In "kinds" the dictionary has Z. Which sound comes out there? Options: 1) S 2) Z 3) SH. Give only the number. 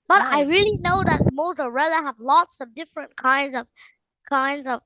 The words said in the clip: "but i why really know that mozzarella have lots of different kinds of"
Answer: 2